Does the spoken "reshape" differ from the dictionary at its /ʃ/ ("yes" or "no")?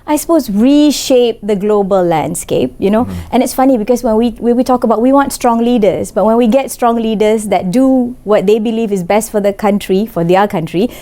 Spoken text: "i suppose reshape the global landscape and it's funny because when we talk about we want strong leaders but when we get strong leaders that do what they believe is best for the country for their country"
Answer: no